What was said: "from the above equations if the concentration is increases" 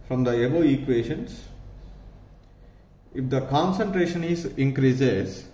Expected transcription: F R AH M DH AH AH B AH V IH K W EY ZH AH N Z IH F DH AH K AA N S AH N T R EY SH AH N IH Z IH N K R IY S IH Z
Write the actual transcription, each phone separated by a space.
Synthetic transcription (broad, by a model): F R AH M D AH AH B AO IH K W EY SH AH N S IH F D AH K AA N S AH N T R EY SH AH N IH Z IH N K R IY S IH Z